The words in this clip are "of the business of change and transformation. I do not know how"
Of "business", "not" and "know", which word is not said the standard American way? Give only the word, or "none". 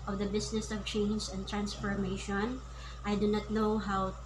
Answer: business